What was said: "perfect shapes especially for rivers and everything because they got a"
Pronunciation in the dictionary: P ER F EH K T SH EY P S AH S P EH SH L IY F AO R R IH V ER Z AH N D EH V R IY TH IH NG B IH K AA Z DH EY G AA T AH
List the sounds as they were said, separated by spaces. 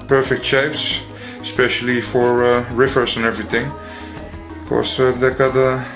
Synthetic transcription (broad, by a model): P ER F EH K T SH EY P S AH S P EH SH L IY F AO R R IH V ER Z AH N EH V R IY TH IH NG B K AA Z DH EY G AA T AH